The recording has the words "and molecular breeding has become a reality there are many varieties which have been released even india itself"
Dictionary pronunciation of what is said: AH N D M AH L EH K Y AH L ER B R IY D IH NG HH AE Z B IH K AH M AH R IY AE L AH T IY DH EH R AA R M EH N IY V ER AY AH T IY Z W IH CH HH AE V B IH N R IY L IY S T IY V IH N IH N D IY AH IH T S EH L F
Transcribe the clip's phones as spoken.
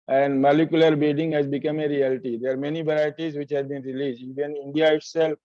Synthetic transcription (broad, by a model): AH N D M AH L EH K Y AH L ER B IY D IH NG HH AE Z B IH K AH M AH R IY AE L T IY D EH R AA R M EH N IY V ER AY AH T IY Z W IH CH HH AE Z B IH N R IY L IY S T IY V IH N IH N D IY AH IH T S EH L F